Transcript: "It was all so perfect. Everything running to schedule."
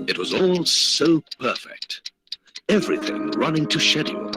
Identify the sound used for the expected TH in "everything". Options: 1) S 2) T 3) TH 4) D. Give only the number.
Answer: 3